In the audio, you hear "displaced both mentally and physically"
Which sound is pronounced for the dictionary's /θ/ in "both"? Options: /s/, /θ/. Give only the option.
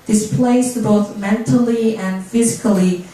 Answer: /θ/